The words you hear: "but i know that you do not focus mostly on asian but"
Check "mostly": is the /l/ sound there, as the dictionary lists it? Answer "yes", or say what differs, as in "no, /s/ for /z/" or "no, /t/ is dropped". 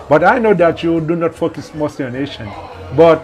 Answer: no, /l/ is dropped